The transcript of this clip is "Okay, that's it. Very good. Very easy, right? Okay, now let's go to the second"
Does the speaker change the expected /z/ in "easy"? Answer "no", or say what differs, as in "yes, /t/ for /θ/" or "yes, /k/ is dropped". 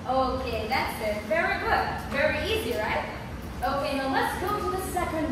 no